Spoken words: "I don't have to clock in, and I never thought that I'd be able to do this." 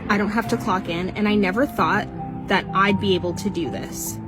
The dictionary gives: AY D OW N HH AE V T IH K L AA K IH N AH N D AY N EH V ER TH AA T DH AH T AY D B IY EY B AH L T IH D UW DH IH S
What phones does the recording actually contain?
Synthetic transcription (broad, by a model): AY D OW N HH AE F T IH K L AA K IH N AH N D AY N EH V ER TH AA T DH AH T AY D B IY EY B L T IH D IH DH IH S